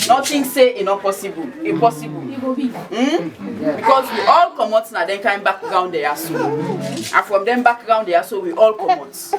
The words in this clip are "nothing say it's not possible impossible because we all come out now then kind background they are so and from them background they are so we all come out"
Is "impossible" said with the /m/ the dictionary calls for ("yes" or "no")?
no